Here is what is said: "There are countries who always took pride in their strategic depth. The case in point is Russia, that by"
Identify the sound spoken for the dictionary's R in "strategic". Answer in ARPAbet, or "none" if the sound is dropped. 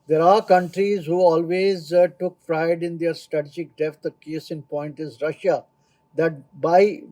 R